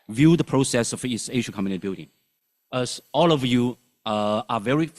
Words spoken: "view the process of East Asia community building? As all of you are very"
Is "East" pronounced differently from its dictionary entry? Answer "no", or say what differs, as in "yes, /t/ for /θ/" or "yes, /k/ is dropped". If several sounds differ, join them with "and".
yes, /t/ is dropped